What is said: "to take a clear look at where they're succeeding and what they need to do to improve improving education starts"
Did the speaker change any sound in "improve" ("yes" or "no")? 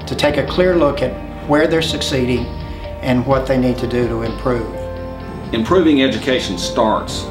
no